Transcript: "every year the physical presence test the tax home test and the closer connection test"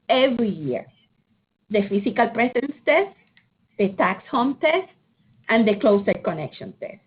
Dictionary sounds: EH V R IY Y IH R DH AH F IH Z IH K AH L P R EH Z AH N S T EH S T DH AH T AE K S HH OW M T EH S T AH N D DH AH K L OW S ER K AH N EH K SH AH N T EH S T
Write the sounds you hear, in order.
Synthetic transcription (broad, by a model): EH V R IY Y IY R DH AH F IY S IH K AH L P R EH S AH N S T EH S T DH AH T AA K S HH OW M T EH S T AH N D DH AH K L OW S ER K AH N EH K SH AH N T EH S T